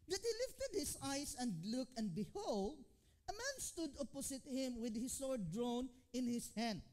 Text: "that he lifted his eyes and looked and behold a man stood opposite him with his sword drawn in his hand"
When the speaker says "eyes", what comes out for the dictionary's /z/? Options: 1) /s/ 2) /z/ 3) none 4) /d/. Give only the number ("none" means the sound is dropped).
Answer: 1